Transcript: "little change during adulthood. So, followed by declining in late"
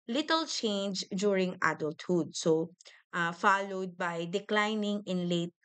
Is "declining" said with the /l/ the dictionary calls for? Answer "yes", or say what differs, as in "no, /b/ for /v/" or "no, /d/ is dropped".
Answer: yes